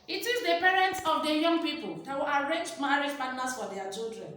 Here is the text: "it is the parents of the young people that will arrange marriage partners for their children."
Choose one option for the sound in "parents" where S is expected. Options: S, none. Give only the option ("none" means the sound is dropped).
S